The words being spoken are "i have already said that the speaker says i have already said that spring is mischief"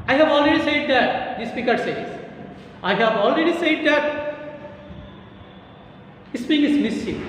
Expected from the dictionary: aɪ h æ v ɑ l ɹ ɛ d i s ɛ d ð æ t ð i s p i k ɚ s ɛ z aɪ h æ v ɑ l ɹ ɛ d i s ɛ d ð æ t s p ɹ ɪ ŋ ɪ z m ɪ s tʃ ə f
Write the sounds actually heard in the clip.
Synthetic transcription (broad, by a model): aɪ h æ v ɑ l ɹ ɛ d i s ɛ d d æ t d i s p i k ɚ s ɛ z aɪ h æ v ɑ l ɹ ɛ d i s ɛ d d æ t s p ɪ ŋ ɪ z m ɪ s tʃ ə